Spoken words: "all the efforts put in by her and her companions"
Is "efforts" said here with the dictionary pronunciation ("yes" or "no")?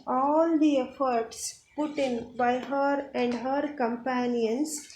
yes